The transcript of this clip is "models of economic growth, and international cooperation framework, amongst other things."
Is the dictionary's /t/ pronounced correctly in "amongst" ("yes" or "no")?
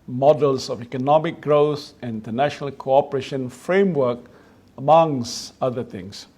no